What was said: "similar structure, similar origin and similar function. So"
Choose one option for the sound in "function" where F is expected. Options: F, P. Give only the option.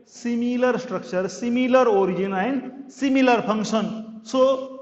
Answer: P